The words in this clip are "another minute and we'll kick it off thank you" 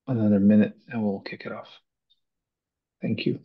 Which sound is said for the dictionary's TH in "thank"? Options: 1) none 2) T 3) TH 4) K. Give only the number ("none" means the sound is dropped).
3